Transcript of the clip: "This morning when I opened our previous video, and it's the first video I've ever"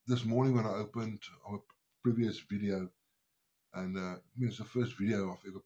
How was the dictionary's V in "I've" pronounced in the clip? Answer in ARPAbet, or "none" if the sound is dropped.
F